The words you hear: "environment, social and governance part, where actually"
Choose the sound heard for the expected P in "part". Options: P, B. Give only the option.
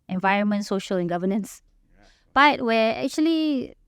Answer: B